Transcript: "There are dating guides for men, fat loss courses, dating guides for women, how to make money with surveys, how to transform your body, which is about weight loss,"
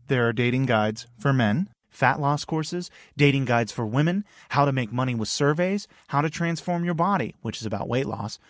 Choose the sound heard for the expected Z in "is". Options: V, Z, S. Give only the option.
Z